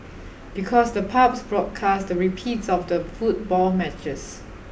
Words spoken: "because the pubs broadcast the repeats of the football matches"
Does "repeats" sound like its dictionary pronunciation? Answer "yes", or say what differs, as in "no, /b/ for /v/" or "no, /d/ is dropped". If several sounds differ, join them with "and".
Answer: yes